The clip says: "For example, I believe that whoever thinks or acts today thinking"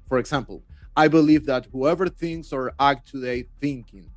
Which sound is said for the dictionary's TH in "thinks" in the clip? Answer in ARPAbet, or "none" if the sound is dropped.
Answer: TH